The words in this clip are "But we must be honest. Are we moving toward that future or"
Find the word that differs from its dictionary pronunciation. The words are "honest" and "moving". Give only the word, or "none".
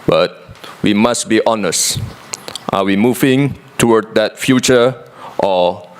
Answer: none